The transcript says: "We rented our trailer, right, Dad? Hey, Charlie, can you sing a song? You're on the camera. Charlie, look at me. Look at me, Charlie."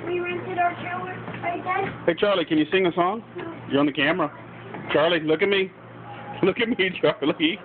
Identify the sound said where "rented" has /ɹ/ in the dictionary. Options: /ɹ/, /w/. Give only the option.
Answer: /ɹ/